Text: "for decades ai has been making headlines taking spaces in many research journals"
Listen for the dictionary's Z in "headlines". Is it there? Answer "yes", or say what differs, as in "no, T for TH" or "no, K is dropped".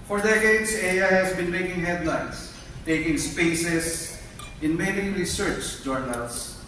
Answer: no, S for Z